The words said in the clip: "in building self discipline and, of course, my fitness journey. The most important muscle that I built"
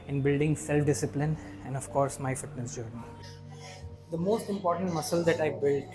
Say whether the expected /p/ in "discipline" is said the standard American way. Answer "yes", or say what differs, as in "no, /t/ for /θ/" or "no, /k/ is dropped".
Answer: yes